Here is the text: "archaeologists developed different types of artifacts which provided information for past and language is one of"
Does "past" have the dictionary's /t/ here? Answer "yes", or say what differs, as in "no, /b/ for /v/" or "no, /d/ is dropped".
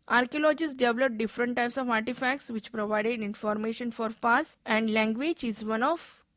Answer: no, /t/ is dropped